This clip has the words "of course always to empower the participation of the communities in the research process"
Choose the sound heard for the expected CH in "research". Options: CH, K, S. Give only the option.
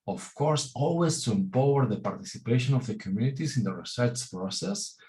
S